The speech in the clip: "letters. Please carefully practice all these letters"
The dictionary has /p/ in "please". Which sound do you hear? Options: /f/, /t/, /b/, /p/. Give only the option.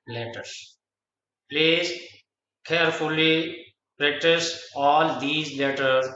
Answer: /p/